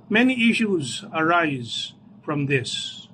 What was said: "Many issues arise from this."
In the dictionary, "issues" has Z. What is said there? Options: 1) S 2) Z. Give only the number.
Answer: 2